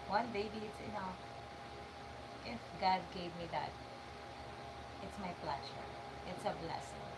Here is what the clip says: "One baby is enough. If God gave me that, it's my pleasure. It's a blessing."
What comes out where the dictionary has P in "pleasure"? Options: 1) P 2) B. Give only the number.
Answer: 2